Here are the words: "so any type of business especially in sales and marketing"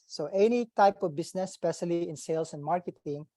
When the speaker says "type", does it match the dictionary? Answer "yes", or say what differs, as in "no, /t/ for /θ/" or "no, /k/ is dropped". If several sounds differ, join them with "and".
yes